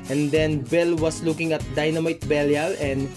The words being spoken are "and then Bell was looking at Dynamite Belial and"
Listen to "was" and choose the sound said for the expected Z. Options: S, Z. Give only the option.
S